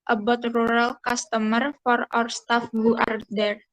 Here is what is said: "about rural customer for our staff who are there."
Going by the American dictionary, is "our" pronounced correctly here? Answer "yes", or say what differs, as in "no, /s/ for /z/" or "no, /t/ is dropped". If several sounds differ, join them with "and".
no, /w/ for /ɹ/